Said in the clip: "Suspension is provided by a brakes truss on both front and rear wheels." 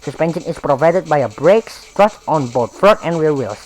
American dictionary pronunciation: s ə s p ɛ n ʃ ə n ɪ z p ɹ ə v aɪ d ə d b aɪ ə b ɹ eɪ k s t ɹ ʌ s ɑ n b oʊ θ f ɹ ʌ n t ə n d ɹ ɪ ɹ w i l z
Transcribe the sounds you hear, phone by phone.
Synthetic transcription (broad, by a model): s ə s p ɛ n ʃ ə n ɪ s p ɹ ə v aɪ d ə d b aɪ ə b ɹ eɪ k s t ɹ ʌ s ɑ n b oʊ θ f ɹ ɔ t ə n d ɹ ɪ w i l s